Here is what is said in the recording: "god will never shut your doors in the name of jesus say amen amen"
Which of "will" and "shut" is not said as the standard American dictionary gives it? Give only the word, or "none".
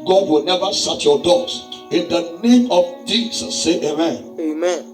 shut